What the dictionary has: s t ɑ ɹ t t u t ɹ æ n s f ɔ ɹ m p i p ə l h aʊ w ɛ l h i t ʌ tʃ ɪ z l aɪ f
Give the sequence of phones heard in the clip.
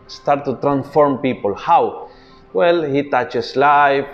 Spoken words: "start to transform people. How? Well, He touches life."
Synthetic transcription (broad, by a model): s t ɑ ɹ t t u t ɹ æ n s f ɔ ɹ m p i p ə l h aʊ w ɛ l h i t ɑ tʃ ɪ s l aɪ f